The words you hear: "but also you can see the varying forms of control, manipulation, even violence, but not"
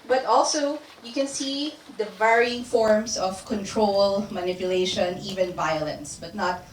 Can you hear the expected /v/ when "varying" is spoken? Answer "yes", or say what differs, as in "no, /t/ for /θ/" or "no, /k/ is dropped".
yes